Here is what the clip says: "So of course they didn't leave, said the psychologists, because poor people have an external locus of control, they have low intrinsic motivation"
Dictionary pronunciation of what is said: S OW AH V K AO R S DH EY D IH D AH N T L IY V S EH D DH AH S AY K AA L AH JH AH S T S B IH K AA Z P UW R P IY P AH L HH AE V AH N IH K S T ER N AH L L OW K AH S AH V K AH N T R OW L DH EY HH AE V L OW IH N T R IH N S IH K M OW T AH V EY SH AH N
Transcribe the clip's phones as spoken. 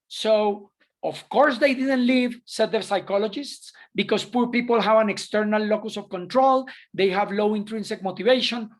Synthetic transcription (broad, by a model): S OW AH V K AO R S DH EY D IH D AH N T L IY V S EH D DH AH S AY K AA L AH JH AH S T S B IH K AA S P UW R P IY P AH L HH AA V AH N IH K S T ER N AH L L OW K AH S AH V K AH N T R OW L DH EY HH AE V L OW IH N T R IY N S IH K M OW T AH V EY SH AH N